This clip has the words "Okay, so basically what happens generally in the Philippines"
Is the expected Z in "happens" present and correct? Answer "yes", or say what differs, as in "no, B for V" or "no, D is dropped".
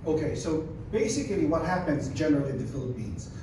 yes